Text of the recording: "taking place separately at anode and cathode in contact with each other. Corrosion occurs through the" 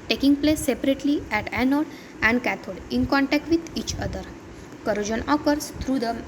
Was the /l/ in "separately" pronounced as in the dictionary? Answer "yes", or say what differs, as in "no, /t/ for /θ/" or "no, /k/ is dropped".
yes